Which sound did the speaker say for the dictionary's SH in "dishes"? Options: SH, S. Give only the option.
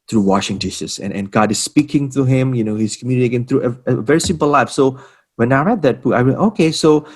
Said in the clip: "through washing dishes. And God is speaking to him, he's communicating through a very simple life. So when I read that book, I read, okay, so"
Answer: S